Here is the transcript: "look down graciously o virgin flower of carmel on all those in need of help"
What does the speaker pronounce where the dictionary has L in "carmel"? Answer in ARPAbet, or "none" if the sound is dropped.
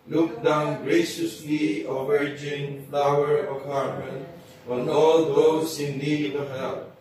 N